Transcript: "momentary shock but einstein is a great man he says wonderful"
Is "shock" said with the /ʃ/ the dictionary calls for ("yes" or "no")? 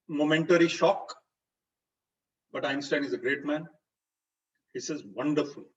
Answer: yes